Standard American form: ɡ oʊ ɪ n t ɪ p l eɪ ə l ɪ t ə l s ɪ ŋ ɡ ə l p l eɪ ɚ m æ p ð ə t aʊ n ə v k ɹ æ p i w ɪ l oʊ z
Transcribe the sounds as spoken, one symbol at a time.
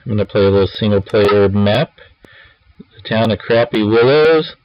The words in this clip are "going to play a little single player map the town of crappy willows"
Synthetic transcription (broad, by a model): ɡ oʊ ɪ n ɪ p l eɪ ə l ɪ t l s ɪ ŋ ɡ l p l eɪ ɚ m æ p ð ə t aʊ n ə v k ɹ æ p i w ɪ l oʊ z